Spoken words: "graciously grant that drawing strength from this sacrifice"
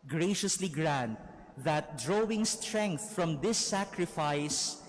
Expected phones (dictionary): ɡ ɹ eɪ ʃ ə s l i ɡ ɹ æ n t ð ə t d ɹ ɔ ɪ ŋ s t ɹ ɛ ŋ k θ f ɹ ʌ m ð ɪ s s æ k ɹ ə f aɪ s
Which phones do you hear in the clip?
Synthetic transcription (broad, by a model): ɡ ɹ eɪ ʃ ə s l i ɡ ɹ æ n t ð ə t d ɹ ɔ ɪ ŋ s t ɹ ɛ ŋ k θ f ɹ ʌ m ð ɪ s s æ k ɹ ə f aɪ s